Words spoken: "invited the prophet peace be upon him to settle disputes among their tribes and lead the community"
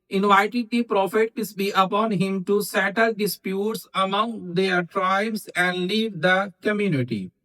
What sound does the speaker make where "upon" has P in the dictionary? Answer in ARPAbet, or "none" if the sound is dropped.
P